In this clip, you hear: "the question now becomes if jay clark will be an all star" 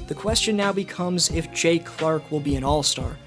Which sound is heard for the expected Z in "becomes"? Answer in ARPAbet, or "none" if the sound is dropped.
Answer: Z